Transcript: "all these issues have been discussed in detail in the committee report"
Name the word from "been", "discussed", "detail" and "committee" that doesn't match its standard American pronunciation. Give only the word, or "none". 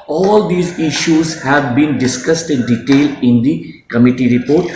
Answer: none